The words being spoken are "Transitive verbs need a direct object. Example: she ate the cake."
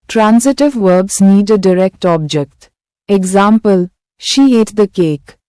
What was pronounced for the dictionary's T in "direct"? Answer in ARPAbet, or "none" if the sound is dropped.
T